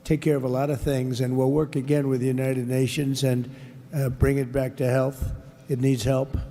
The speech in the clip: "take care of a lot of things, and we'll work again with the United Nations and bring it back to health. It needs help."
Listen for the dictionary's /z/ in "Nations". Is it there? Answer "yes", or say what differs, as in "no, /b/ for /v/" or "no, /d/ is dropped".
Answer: yes